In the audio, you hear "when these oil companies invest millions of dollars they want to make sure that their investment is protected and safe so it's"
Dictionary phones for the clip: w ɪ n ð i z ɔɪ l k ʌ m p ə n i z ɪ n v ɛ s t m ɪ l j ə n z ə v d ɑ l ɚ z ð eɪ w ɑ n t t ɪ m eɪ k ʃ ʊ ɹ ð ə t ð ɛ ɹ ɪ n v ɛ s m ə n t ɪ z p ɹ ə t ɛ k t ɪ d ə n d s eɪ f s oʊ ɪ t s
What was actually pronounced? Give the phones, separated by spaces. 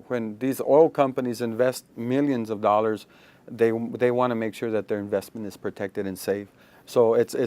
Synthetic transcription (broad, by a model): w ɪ n ð i z ɔɪ l k ʌ m p ə n i z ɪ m v ɛ s t m ɪ l j ə n z ə v d ɑ l ɚ z ð eɪ w ɑ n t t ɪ m eɪ k ʃ ʊ ɹ ð ə t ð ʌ ɹ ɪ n v ɛ s m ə n t ɪ z p ɹ ə t ɛ k t ɪ d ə n s eɪ f s oʊ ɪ t s